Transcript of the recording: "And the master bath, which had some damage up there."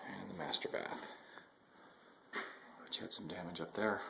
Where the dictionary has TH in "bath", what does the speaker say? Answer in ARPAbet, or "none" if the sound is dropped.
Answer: TH